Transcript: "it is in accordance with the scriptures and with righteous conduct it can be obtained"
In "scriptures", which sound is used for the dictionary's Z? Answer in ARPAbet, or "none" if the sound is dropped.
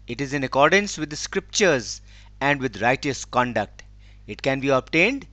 Z